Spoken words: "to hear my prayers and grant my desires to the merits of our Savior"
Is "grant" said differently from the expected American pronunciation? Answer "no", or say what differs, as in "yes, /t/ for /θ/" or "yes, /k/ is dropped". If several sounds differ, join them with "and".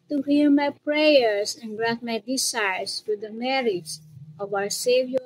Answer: yes, /n/ is dropped